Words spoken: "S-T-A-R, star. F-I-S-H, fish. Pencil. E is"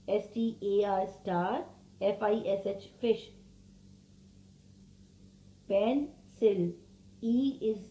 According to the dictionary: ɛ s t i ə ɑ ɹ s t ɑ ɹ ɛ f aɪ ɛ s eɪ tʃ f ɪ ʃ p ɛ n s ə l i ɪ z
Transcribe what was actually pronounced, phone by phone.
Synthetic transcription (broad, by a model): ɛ s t i ə ɑ ɹ s t ɑ ɹ ɛ f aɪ ɛ s eɪ tʃ f ɪ ʃ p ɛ n s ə l i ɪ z